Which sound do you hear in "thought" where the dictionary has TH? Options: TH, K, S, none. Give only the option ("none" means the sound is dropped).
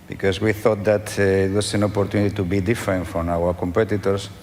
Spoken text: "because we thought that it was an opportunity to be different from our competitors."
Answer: TH